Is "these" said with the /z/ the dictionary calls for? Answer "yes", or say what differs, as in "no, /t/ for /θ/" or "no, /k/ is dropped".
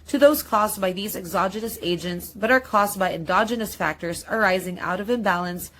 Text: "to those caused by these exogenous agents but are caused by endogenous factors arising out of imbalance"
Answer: yes